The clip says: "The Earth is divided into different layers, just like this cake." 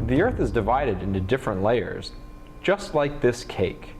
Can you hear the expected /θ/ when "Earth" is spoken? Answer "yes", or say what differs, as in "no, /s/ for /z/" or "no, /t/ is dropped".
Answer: yes